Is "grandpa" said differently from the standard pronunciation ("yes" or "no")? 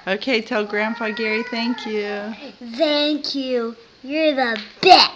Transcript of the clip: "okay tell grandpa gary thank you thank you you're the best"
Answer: yes